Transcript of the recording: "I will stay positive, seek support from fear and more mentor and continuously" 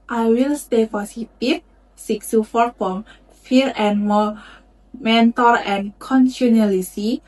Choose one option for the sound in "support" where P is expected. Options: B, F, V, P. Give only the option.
F